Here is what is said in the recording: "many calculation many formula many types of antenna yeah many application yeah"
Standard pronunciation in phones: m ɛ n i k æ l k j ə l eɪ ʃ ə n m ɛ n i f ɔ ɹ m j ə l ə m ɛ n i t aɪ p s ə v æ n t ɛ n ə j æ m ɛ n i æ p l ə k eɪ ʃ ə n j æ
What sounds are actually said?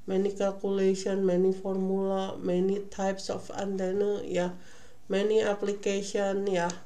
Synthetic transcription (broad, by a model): m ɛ n i k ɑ l k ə l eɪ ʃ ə n m ɛ n i f ɔ ɹ m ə l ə m ɛ n i t aɪ p s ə f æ n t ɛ n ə j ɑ m ɛ n i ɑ p l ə k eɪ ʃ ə n j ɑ